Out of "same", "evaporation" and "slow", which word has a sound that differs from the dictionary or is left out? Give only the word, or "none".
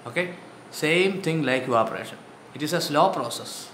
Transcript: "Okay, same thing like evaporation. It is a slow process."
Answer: evaporation